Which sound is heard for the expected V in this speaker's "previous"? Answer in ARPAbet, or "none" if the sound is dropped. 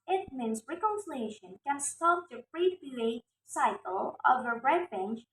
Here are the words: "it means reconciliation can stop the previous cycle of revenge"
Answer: B